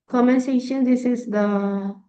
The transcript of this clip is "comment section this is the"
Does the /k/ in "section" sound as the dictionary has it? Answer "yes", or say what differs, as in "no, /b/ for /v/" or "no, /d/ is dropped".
no, /k/ is dropped